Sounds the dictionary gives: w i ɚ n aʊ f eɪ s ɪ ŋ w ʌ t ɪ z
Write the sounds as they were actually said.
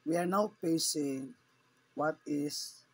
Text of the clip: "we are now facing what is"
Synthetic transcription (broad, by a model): w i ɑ n aʊ p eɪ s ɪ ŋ w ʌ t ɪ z